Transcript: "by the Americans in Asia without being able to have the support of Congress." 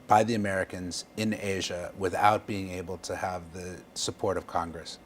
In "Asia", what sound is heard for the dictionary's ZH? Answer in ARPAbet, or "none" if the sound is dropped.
ZH